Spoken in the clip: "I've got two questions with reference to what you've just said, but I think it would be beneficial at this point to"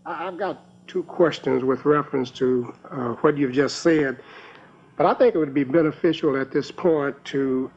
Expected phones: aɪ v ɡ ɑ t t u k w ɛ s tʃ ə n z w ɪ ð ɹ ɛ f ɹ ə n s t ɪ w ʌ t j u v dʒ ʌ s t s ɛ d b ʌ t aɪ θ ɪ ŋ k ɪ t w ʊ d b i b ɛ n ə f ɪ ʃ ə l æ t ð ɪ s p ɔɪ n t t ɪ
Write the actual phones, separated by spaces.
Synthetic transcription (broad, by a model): aɪ v ɡ ɑ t t u k w ɛ s tʃ ə n z w ɪ ð ɹ ɛ f ɹ ə n s t ɪ w ʌ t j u v dʒ ʌ s t s ɛ d b ʌ t aɪ θ ɪ ŋ k ɪ t w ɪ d b i b ɛ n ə f ɪ ʃ l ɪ t ð ɪ s p ɔɪ n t t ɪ